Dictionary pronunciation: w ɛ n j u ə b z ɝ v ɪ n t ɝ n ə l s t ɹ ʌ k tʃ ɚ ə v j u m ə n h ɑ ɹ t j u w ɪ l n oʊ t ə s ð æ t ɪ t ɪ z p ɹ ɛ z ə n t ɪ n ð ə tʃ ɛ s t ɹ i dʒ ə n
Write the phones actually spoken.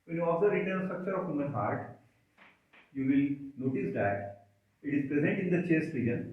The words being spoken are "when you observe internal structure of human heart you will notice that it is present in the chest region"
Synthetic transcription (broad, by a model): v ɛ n j u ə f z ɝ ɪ t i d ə n s t ɹ ʌ k tʃ ɚ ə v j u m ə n h ɑ ɹ t j u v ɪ l n oʊ t ə s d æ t ɪ t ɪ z p ɹ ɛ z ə n t ɪ n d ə tʃ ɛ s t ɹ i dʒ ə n